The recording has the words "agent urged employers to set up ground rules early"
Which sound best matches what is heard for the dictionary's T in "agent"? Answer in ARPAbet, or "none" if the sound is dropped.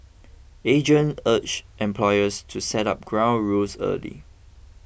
none